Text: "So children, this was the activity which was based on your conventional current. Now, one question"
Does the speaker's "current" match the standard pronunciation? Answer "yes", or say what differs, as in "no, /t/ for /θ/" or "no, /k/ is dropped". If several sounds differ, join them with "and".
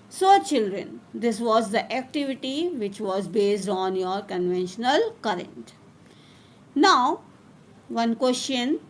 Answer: yes